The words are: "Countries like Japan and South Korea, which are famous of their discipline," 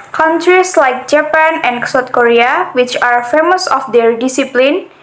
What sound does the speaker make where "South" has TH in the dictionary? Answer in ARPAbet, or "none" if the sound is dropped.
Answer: T